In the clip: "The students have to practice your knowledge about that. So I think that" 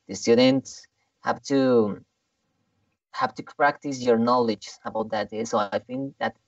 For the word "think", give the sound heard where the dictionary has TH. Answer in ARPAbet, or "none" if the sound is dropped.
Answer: F